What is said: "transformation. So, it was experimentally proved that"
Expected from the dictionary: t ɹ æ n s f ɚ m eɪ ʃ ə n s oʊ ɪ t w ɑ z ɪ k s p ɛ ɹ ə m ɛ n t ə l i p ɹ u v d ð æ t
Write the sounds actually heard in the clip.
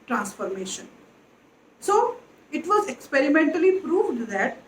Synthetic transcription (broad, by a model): t ɹ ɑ n s f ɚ m eɪ ʃ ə n s oʊ ɪ t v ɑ z ɪ k s p ɛ ɹ ə m ɛ n t ə l i p ɹ u v d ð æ t